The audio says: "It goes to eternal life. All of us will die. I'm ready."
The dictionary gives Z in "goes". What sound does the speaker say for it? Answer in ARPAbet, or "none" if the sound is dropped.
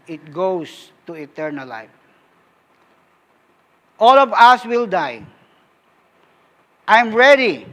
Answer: S